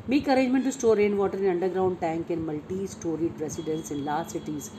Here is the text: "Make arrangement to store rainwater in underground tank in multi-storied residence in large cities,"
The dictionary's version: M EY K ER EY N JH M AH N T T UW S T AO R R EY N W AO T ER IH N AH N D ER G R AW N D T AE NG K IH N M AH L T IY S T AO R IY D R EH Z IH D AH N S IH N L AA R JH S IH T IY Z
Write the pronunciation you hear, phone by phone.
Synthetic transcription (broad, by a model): M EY K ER EY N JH M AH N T T UW S T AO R R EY N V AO T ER IH N AH N D ER G R AW N D T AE NG K IH N M AH L T IY S T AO R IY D R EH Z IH D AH N S IH N L AA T S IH T IY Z